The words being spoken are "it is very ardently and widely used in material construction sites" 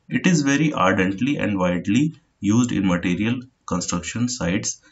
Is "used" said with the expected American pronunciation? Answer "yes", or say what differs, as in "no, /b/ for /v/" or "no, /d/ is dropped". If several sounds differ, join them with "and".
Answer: yes